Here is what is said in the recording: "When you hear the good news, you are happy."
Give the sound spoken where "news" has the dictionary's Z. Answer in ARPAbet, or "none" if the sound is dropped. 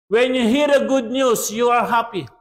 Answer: S